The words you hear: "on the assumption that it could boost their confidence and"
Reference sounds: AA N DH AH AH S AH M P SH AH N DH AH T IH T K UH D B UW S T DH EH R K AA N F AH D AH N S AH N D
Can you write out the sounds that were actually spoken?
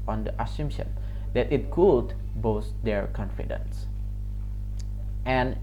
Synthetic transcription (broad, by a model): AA N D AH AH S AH M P SH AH N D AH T IH T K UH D B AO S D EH R K AA N F AH D AH N S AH N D